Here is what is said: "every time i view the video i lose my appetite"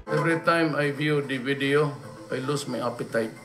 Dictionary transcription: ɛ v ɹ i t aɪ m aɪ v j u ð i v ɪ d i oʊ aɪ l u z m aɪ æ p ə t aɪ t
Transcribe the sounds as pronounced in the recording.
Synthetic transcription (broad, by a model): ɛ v ɹ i t aɪ m aɪ v j u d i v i d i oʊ aɪ l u s m aɪ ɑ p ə t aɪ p